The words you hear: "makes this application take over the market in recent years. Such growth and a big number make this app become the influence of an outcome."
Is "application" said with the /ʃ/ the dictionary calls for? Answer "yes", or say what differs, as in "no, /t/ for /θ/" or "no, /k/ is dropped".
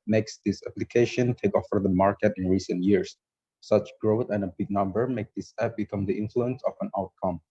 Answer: yes